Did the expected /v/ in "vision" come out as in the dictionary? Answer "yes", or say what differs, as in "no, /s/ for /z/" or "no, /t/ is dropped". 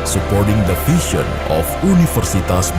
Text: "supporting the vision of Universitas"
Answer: no, /f/ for /v/